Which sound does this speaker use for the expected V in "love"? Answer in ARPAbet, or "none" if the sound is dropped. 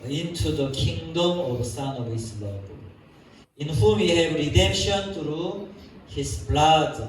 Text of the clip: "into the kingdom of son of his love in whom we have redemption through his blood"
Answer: B